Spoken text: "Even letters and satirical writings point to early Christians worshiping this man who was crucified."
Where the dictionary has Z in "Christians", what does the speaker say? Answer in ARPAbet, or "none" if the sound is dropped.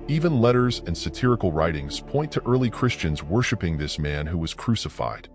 Z